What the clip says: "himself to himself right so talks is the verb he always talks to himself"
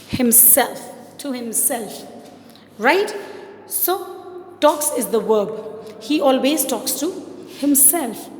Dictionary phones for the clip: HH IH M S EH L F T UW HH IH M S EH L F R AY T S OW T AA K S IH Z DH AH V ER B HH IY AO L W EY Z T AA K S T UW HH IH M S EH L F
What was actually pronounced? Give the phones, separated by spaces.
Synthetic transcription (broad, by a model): HH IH M S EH L F T UW HH IH M S EH L F R AY T S OW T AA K S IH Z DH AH W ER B HH IY AO L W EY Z T AA K S T UW HH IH M S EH L F